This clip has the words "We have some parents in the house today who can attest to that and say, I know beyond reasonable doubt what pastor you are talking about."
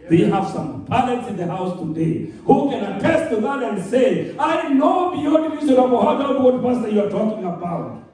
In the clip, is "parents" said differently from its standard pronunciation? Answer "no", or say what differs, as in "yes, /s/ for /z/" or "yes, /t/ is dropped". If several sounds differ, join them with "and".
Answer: yes, /l/ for /ɹ/